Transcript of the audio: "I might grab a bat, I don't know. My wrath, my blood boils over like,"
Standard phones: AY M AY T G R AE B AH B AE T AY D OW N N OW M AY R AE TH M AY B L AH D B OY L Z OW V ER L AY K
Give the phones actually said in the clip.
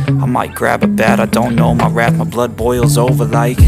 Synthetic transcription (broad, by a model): AY M AY T G R AE B AH B AE T AY D OW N N OW M AY R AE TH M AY B L AH D B OY L Z OW V ER L AY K